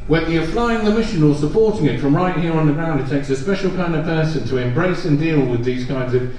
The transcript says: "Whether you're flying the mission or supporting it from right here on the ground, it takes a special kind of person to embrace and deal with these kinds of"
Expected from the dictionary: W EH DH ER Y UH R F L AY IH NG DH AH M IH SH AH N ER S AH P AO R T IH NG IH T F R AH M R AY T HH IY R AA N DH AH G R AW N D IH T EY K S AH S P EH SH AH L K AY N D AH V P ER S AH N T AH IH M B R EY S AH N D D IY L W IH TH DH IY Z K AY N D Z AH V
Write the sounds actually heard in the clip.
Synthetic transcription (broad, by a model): W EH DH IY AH F L AY IH NG DH AH M IH SH AH N ER S AH P AO R T IH NG IH T F R AH M R AY T HH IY R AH N DH AH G R AW N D IH T EY K S AH S P EH SH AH L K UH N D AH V P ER S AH N T AH IH M B R EY S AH N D D IY L W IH DH IY Z K AY N D Z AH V